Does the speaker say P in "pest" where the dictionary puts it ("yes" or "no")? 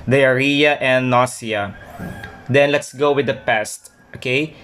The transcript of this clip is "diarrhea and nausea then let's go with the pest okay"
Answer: yes